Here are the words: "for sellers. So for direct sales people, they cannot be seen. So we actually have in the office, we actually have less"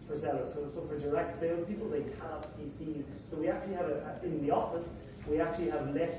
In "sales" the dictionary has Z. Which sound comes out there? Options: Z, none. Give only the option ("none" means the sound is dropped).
none